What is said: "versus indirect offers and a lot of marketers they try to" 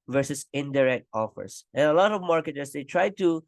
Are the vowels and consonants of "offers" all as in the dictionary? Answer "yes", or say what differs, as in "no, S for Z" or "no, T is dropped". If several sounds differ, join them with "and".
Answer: no, S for Z